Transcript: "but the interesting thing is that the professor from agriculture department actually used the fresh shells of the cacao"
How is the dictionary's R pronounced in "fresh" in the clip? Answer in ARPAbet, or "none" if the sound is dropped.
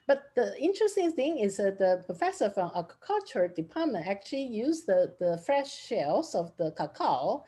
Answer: R